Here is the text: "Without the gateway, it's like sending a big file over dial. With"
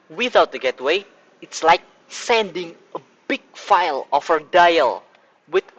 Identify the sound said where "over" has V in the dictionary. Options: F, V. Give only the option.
F